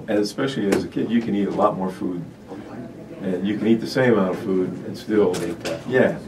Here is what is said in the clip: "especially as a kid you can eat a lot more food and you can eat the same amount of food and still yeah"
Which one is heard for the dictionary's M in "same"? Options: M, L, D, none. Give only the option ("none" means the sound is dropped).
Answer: none